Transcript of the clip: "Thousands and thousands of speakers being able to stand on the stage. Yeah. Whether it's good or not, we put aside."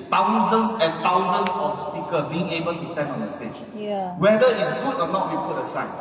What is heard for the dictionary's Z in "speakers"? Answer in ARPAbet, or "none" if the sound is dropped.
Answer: none